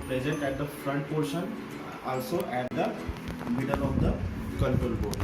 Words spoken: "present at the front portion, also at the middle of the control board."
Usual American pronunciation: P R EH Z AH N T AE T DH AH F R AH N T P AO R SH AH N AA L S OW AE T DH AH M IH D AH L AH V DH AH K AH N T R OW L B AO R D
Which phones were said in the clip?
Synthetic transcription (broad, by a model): P R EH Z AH N T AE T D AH F R AH N T P AO R SH AH N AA L S OW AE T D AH M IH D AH L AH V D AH K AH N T OW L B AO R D